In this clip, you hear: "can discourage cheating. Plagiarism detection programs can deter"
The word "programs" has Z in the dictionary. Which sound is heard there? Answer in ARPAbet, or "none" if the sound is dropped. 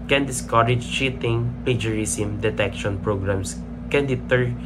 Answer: S